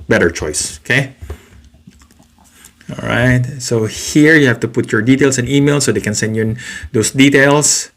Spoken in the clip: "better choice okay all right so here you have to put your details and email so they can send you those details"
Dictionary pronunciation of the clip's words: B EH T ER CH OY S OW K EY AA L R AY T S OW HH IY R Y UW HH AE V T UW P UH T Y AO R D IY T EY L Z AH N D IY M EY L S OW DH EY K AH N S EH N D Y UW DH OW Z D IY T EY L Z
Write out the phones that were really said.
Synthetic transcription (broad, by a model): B EH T ER CH OY S OW K EY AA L R AY T S OW HH IY R Y UW HH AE F T UW P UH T Y AO R D IY T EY L S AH N IY M EY L S OW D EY K AH N S EH N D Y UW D OW S D IY T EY L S